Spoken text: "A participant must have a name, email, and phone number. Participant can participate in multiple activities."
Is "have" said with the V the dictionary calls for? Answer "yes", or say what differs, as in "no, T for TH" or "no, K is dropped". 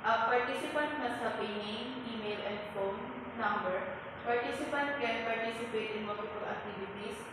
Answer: no, P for V